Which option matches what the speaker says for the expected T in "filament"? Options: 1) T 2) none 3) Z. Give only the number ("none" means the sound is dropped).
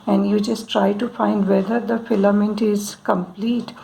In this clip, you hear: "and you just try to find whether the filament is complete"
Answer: 1